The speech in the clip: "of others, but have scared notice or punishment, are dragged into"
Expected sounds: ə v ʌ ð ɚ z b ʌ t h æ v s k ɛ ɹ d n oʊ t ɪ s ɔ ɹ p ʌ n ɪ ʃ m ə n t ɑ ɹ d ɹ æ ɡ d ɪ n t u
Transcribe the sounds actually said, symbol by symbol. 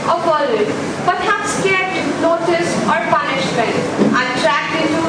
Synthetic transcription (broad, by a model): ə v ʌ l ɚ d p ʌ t h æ p s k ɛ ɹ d n oʊ t ɪ s ɔ ɹ p ʌ n ɪ ʃ m ə n t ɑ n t ɹ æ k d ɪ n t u